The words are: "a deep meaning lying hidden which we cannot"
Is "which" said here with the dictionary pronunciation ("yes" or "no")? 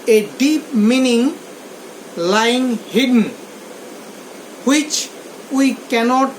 yes